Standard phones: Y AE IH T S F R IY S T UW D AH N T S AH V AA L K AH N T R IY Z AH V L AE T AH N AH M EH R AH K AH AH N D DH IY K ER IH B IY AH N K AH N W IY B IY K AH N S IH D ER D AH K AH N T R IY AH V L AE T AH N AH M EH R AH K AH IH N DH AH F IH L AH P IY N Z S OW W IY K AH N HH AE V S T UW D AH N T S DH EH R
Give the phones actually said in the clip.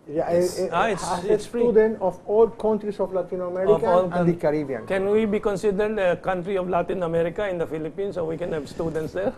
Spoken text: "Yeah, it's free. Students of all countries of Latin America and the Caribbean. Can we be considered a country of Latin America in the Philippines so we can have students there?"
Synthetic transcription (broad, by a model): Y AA IH T S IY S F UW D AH N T AH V AA L K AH N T R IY S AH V L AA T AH N AH M EH R AH K AH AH L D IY K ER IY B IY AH N K AH N W IY B IY K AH N S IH D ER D AH K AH N T R IY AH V L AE T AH N AH M EH R AH K AH IH N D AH F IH L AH P IY N S OW W IY K AH N HH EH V S T UW D AH N T S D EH